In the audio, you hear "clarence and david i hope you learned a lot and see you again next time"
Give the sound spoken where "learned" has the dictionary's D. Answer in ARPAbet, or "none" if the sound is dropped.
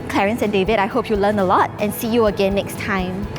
none